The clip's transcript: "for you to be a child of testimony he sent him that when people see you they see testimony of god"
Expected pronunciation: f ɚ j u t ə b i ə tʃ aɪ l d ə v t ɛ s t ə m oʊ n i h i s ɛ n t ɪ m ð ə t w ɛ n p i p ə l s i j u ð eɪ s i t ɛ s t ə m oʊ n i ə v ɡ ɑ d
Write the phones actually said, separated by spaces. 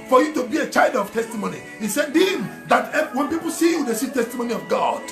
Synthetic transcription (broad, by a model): f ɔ j u t ə b i ə tʃ aɪ l d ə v t ɛ s t ə m oʊ n i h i s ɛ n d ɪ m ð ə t w ɛ n p i p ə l s i j u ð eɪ s i t ɛ s t ə m oʊ n i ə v ɡ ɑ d